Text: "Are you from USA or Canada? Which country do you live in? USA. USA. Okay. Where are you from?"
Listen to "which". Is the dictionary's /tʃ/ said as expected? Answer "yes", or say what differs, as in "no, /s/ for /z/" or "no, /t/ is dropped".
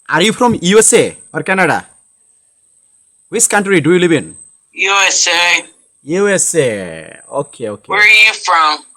no, /s/ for /tʃ/